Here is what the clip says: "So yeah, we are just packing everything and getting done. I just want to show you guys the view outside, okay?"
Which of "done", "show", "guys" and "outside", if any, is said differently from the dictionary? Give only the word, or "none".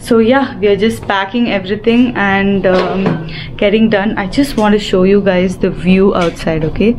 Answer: none